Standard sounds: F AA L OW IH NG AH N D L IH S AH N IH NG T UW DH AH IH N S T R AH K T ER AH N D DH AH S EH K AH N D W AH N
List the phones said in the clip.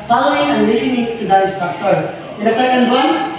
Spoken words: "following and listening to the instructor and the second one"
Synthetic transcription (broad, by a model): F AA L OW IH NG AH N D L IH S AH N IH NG T UW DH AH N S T AH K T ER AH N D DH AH S EH K AH N D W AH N